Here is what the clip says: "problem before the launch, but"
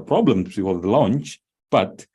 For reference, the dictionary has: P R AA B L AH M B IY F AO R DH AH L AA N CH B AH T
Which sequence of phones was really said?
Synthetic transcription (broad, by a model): P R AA B L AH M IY AO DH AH L AA N CH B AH T